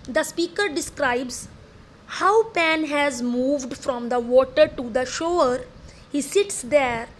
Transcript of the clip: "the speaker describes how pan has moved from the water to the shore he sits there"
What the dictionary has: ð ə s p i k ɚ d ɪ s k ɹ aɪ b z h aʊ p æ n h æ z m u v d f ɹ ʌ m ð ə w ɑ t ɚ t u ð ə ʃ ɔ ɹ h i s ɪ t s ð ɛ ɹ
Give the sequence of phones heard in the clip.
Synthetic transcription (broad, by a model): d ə s p i k ɚ d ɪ s k ɹ aɪ b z h aʊ p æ n h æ z m u v d f ɹ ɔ m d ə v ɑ t ɚ t u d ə ʃ ɔ ɹ h i s ɪ t s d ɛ ɹ